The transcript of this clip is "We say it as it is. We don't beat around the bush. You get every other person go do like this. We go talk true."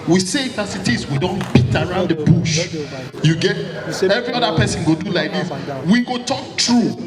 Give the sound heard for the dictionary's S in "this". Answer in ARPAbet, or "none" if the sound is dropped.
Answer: none